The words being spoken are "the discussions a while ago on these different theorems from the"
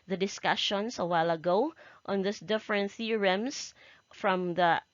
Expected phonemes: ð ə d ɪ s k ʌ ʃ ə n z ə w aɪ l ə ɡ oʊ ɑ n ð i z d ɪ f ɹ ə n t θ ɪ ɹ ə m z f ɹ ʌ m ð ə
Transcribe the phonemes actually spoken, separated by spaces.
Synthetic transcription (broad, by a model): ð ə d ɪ s k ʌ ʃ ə n s ə w aɪ l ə ɡ oʊ ɑ n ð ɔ s d ɪ f ɹ ə n t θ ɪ ɹ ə m s f ɹ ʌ m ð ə